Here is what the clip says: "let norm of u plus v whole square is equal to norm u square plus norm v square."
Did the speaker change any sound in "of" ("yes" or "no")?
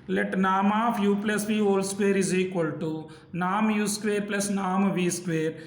yes